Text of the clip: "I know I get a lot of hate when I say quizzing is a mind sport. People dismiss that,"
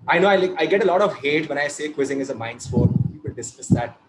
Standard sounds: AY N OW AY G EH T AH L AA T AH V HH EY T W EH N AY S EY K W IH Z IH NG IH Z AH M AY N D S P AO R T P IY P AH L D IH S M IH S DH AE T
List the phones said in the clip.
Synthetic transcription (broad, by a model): AY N OW AY G EH T AH L AA T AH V HH EY T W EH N AY S EY K W IH Z IH NG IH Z AH M AY N D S F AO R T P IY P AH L D IH S M IH S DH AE T